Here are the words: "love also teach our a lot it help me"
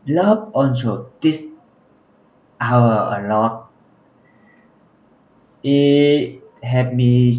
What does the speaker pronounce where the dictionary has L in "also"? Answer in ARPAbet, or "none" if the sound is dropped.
N